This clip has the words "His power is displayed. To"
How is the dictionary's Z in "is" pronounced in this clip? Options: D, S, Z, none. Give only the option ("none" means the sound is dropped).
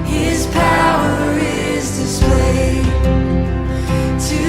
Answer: Z